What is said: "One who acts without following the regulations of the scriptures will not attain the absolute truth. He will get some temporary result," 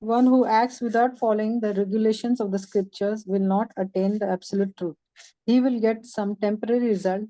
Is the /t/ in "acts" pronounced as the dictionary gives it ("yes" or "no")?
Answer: yes